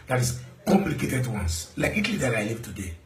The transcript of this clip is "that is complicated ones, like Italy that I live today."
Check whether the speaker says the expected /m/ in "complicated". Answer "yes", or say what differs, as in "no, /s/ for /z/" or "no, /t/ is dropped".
yes